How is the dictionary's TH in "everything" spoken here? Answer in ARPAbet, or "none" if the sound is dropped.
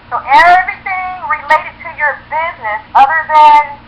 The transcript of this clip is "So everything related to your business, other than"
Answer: TH